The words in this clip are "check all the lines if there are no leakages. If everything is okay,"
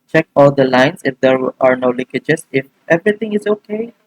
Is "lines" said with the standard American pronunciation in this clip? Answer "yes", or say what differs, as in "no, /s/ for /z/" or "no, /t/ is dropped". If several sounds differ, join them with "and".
no, /s/ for /z/